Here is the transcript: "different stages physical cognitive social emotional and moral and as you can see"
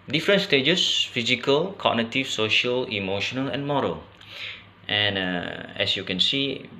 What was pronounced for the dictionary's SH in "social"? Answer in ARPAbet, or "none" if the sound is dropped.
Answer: SH